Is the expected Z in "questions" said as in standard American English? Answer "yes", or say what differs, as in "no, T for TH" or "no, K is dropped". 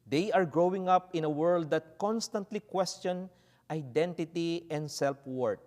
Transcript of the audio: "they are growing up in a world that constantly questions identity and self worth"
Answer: no, Z is dropped